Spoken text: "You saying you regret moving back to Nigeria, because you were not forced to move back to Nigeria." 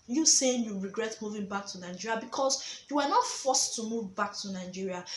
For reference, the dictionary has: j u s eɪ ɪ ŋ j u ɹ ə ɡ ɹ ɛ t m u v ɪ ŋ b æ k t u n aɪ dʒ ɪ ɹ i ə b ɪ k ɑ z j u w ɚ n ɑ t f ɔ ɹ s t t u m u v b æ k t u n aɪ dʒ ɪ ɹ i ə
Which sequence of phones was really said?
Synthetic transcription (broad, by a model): j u s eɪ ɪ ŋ j u ɹ ə ɡ ɹ ɛ t m u v ɪ ŋ b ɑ k t u n aɪ dʒ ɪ ɹ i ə b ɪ k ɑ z j u w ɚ n ɑ t f ɔ s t t u m u v b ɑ k t u n aɪ dʒ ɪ ɹ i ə